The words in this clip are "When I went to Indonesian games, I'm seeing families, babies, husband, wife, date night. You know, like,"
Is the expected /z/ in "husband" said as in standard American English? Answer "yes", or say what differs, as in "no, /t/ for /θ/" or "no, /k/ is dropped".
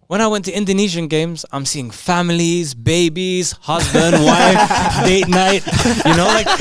yes